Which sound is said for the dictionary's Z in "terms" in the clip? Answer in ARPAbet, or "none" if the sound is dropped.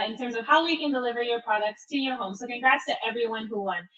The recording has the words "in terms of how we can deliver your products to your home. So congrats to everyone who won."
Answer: Z